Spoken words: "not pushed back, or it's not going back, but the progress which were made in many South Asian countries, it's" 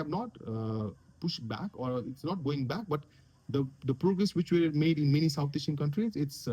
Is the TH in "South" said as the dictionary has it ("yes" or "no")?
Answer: no